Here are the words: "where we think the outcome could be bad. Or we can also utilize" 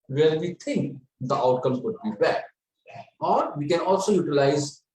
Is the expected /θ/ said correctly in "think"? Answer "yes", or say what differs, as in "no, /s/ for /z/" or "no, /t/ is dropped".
no, /t/ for /θ/